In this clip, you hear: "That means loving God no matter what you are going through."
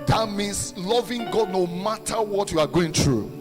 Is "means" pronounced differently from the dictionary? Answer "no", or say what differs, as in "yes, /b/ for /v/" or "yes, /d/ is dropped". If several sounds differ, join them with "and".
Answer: yes, /s/ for /z/